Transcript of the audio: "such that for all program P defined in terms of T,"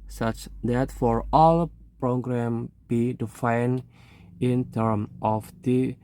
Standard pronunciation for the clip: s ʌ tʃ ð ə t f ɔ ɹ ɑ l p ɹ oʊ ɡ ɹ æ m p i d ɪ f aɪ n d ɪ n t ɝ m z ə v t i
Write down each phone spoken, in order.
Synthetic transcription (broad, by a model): s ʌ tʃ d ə t f ɔ ɹ ɑ l p ɹ oʊ ɡ ɹ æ m b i d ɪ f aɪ n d ɪ n t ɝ m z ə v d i